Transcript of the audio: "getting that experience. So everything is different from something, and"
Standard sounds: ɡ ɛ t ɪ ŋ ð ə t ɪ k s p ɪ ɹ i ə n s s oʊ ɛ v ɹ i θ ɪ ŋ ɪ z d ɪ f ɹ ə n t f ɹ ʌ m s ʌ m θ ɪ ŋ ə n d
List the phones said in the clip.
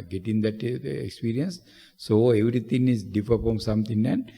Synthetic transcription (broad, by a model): ɡ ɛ t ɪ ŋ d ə t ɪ k s p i ɹ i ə n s s oʊ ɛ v ɹ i t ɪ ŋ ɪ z d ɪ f ə t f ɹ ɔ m s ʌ m t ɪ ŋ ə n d